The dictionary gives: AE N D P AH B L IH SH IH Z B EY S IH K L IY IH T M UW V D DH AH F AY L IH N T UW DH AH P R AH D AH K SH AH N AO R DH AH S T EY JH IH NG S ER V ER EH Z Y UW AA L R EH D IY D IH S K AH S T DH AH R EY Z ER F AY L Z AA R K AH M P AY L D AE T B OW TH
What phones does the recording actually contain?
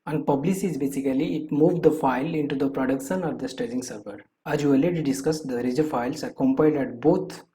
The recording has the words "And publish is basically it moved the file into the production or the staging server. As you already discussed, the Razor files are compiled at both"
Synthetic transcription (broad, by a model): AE N D P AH B L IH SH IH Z B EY S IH K L IY IH T M UW V D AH F AY L IH N T UW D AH P R AH D AH K SH AH N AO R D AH S T EY JH IH NG S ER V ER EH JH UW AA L EH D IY D IH S K AH S T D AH R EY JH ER F AY L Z AA R K AH M P AY L D AE T B OW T